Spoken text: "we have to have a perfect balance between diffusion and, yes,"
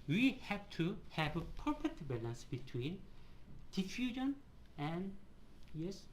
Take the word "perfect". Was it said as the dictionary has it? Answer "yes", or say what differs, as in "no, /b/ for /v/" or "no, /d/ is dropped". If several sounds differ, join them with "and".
no, /k/ is dropped